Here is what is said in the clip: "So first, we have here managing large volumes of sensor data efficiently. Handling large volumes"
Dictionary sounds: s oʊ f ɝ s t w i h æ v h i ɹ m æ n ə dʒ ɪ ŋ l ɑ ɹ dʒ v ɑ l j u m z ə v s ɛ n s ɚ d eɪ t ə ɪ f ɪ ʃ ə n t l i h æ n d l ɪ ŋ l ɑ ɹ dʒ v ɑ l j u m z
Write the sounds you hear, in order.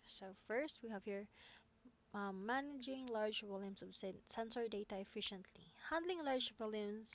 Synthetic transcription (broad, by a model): s oʊ f ɝ s t w i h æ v h i ɹ m æ n ə dʒ ɪ ŋ l ɑ ɹ dʒ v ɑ l j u m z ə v s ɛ n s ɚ d eɪ t ə ɪ f ɪ ʃ ə n t l i h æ n d l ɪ ŋ l ɑ ɹ dʒ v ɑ l j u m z